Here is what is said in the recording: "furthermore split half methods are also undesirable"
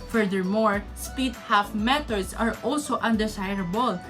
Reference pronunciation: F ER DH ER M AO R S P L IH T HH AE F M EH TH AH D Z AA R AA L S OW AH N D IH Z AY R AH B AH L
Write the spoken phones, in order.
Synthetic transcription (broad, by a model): F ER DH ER M AO R S P IY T HH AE F M EH T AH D S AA R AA L S OW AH N D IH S AY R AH B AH L